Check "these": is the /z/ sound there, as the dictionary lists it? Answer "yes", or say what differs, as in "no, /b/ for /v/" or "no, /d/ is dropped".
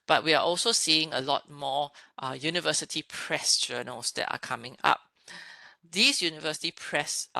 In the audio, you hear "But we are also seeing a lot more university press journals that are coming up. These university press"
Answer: no, /s/ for /z/